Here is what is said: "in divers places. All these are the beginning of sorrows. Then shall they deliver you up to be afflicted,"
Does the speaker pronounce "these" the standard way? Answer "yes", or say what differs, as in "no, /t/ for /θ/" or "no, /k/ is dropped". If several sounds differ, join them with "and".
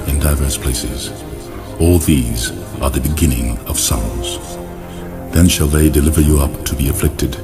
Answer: yes